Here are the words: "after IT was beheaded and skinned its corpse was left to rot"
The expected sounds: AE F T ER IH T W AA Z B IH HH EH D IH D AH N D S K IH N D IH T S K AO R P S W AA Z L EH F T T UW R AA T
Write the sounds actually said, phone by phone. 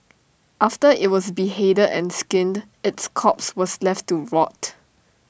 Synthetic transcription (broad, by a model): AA F T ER IH T W AA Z B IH HH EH D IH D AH N S K IH N D IH T S K AO P S W AA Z L EH F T T UW R AA T